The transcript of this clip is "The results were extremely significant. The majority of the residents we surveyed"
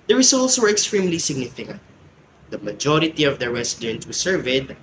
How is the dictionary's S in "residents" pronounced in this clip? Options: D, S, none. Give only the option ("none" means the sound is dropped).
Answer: none